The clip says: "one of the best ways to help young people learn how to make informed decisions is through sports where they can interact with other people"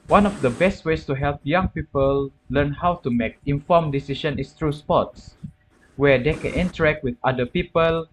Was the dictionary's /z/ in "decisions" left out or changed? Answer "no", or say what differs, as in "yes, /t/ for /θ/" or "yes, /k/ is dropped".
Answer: yes, /z/ is dropped